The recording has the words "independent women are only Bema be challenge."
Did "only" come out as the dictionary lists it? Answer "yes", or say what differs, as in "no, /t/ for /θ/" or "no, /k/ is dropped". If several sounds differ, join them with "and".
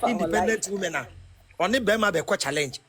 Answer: no, /l/ is dropped